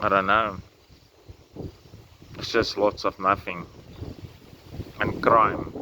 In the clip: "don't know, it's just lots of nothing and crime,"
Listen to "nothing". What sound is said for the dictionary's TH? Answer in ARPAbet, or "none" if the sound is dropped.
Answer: F